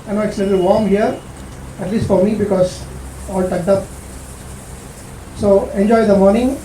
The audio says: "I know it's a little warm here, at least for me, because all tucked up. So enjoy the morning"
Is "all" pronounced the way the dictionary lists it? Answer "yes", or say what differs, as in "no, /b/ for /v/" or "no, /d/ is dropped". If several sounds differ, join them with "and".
yes